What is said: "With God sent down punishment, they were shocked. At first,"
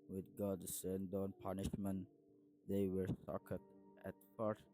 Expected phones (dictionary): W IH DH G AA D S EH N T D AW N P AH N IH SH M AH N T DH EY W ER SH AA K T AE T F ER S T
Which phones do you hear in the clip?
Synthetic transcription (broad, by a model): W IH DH G AA D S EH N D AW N P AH N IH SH M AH N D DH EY W ER S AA K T AE T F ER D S